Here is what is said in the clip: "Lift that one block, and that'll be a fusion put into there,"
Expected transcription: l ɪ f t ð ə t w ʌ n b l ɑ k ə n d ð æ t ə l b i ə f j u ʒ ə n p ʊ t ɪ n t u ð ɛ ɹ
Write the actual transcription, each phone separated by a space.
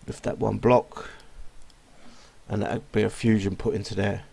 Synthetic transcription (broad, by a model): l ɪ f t ð ə t w ʌ n b l ɑ k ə n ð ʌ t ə b i ə f j u ʒ ə n p ʊ t ɪ n t u ð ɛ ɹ